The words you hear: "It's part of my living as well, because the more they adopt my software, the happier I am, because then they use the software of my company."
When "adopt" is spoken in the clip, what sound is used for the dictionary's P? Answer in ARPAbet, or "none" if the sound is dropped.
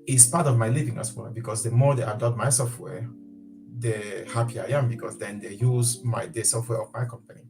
none